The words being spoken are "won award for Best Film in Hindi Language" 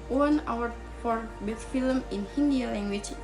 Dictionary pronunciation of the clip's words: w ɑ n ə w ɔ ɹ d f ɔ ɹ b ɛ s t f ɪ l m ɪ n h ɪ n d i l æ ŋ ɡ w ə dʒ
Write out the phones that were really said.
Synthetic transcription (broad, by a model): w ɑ n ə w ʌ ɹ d f ɔ ɹ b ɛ t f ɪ l m ɪ n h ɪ n d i l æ ŋ ɡ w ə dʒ